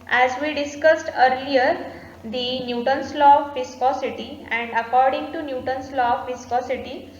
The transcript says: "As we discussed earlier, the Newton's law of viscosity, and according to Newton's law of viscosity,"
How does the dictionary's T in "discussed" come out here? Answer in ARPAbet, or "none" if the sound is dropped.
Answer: T